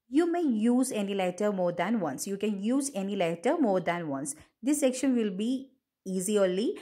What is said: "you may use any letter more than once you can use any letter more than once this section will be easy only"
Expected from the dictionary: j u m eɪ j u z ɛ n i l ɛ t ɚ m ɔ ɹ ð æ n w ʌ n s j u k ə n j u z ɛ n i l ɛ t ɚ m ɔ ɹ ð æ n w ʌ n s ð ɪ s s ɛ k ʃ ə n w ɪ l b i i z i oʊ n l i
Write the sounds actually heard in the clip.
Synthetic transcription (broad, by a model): j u m eɪ j u z ɛ n i l ɛ t ɚ m ɔ ɹ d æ n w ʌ n s j u k ə n j u z ɛ n i l ɛ t ɚ m ɔ ɹ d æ n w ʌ n s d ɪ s s ɛ k ʃ ə n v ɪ l b i i z i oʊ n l i